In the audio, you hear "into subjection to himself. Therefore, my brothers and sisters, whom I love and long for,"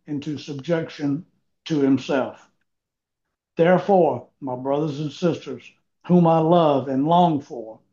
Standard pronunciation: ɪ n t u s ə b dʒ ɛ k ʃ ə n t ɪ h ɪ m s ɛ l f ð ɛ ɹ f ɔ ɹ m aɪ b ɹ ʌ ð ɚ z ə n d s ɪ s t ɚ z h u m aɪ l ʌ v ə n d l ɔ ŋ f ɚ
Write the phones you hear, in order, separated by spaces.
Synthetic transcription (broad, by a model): ɪ n t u s ə b dʒ ɛ k ʃ ə n t ɪ h ɪ m s ɛ l f ð ɛ ɹ f ɔ ɹ m aɪ b ɹ ʌ ð ɚ z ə n s ɪ s t ɚ z h u m aɪ l ʌ v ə n l ɔ ŋ f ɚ